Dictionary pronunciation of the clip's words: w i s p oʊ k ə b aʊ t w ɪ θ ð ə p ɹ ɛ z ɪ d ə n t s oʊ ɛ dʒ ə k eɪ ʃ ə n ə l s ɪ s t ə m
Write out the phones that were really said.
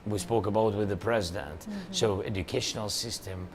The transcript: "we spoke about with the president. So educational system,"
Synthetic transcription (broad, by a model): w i s p oʊ k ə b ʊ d w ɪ ð ə p ɹ ɛ z ɪ d ə n t s oʊ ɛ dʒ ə k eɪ ʃ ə n l s ɪ s t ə m